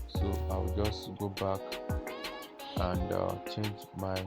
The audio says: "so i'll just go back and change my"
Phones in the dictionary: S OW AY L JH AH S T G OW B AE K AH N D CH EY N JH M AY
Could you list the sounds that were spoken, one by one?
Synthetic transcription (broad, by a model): S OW AY W JH AH S T G OW B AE K AH N D CH EY N JH M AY